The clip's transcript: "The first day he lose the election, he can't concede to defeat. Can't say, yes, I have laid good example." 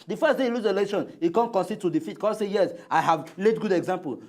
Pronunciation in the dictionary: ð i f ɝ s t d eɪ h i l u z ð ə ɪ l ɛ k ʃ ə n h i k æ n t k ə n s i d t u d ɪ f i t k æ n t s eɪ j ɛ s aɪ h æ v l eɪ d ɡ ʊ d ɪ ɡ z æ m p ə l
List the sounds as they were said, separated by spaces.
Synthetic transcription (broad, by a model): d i f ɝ s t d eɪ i l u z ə l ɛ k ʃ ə n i k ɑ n k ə n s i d t u d ɪ f i t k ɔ s eɪ j ɛ s aɪ h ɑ v l eɪ d ɡ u d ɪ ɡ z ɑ m p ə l